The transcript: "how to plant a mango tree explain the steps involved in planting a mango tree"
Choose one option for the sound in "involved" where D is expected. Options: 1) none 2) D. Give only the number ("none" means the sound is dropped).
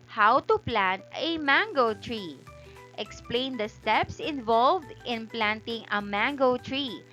2